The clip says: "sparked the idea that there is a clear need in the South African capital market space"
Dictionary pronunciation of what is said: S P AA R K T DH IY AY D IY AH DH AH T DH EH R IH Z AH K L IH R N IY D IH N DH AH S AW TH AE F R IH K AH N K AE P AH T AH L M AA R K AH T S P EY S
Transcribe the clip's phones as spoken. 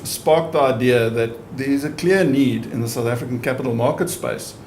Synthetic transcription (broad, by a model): S P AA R K DH IY AY D IY AH DH AH T DH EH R IH Z AH K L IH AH N IY D IH N DH AH S AW TH AE F R IH K AH N K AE P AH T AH L M AA R K AH T S P EY S